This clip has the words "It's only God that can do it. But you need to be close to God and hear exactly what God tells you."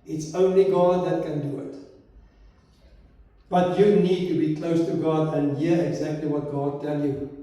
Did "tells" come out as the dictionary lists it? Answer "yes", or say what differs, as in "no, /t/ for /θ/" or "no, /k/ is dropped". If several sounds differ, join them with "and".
no, /z/ is dropped